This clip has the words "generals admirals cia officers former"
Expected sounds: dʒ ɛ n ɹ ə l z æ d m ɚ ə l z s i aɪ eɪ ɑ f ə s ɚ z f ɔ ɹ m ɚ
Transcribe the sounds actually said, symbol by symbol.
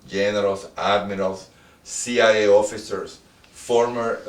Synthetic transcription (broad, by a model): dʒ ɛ n ɹ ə l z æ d m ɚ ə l s i aɪ eɪ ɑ f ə s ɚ s f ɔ ɹ m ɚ